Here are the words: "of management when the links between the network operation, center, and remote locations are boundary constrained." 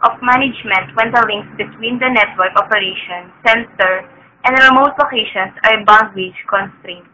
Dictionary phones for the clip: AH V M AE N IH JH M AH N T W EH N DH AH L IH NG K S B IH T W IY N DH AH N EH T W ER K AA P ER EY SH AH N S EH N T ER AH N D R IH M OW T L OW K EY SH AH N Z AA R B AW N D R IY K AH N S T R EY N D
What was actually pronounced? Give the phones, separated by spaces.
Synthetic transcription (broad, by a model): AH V M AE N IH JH M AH N T W EH N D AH L IH NG K S B IH T W IY N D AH N EH T W ER K AA P ER EY SH AH N S EH N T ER AH N D R IH M OW T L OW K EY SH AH N S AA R B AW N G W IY K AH N S T R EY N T